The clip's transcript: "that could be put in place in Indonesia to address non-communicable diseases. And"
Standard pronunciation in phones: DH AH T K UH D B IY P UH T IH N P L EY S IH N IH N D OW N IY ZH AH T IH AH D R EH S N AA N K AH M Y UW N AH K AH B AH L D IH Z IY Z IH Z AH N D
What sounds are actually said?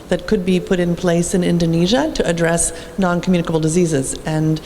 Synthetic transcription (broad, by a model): DH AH T K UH D B IY P UH T IH N P L EY S IH N IH N D OW N IY ZH AH T IH AH D R EH S N AA N K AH M Y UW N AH K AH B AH L D IH Z IY Z IH Z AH N